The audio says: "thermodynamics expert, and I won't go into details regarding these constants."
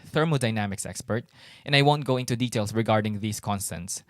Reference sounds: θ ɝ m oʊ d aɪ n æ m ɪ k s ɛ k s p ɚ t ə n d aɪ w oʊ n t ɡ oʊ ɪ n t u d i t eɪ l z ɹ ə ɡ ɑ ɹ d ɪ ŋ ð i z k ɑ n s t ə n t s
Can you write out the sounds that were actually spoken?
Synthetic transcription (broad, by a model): θ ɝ m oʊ d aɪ n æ m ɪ k s ɛ k s p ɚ t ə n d aɪ w oʊ n t ɡ oʊ ɪ n t u d i t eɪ l s ɹ ə ɡ ɑ ɹ d ɪ ŋ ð i s k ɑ n s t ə n t s